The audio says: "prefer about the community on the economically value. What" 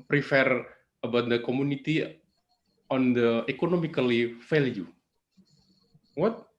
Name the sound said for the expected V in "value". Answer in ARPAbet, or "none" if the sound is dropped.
F